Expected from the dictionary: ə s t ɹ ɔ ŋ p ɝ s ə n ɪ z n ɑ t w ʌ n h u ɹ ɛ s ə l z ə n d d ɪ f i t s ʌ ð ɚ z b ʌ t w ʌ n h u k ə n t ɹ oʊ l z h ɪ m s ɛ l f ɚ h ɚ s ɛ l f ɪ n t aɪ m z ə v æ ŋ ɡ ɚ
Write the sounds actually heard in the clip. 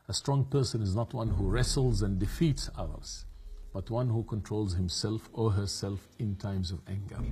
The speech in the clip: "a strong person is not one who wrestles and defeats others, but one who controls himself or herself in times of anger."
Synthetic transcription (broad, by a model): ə s t ɹ ɔ ŋ p ɝ s ə n ɪ z n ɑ t w ʌ n h u ɹ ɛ s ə l z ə n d d ɪ f i t s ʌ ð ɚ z b ʌ t w ʌ n h u k ə n t ɹ oʊ l z h ɪ m s ɛ l f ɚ h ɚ s ɛ l f ɪ n t aɪ m z ə v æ ŋ ɡ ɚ